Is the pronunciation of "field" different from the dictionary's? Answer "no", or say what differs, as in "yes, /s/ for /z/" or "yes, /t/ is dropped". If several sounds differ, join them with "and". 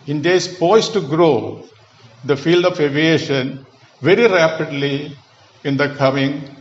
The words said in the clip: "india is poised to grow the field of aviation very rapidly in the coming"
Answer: no